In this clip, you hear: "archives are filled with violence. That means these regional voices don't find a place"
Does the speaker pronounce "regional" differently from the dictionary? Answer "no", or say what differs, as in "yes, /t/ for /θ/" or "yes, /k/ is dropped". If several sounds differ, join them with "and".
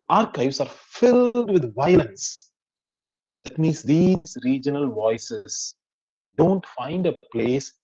no